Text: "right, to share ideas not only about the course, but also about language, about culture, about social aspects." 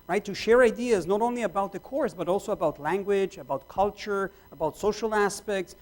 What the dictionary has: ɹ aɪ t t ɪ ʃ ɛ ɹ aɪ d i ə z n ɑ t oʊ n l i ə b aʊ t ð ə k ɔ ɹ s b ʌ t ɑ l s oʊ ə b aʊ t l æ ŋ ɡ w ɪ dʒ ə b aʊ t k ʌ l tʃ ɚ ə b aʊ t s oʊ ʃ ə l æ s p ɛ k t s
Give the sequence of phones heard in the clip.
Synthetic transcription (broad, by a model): ɹ aɪ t t ɪ ʃ ɛ ɹ aɪ d i ə z n ɑ t oʊ n l i ə b aʊ t ð ə k ɔ ɹ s b ʌ t ɑ l s oʊ ə b aʊ t l æ ŋ ɡ w ɪ dʒ ə b aʊ t k ʌ l tʃ ɚ ə b aʊ t s oʊ ʃ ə l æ s p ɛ k t s